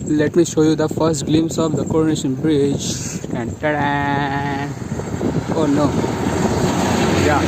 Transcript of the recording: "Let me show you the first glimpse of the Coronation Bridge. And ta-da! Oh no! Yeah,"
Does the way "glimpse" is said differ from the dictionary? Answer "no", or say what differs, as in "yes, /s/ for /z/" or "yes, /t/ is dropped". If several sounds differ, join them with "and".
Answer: yes, /p/ is dropped